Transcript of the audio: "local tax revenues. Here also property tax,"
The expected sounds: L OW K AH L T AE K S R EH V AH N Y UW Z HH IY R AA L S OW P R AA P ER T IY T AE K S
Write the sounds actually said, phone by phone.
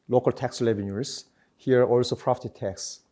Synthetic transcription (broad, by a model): L OW K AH L T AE K S L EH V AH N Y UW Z HH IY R AA L S OW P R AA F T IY T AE K S